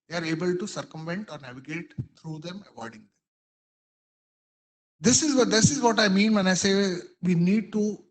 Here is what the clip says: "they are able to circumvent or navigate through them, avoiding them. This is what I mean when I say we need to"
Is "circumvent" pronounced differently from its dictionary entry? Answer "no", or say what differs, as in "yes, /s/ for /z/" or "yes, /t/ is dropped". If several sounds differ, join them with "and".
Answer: no